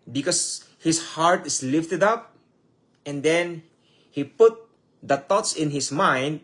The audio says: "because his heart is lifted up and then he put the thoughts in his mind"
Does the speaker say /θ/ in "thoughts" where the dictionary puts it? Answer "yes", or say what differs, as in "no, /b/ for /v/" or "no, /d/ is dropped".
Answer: no, /t/ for /θ/